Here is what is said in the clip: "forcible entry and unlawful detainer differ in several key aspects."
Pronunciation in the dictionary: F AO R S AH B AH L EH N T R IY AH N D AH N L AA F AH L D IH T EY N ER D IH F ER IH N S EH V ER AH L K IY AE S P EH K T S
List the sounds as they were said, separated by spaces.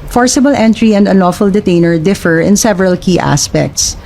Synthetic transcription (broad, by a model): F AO R S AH B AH L EH N T R IY AH N D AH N AA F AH L D IH T EY N ER D IH F ER IH N S EH V ER AH L K IY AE S P EH K T S